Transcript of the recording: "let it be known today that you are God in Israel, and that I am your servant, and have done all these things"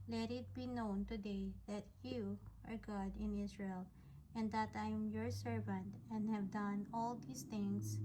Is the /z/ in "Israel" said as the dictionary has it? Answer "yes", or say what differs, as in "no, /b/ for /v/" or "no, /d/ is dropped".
no, /s/ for /z/